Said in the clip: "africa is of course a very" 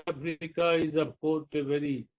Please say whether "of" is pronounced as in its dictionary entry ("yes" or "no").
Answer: no